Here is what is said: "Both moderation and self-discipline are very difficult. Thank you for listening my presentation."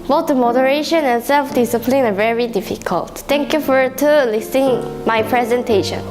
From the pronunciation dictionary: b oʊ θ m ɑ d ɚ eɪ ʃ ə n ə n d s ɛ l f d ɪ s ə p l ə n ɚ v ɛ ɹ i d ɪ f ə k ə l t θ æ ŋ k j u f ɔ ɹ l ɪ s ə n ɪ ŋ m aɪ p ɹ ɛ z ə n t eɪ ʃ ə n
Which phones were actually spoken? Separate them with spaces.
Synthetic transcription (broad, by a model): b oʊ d m ɑ d ɚ eɪ ʃ ə n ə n s ɛ l f d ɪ s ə p l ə n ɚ v ɛ ɹ i d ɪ f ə k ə l t t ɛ ŋ k j u f ɔ ɹ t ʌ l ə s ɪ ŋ m aɪ p ɹ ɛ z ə n t eɪ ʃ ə n